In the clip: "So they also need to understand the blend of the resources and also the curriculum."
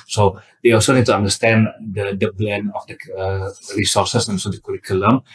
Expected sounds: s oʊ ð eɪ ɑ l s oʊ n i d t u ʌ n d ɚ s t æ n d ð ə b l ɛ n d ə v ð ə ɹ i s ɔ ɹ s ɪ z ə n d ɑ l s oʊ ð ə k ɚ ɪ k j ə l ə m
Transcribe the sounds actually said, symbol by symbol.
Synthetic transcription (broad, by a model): s oʊ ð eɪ ɑ l s oʊ n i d t u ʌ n d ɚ s t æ n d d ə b l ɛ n ə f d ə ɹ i s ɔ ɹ s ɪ s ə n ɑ s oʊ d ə k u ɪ k j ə l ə m